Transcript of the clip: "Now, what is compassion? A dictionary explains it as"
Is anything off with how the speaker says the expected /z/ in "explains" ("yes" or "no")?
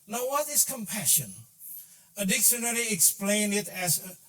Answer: yes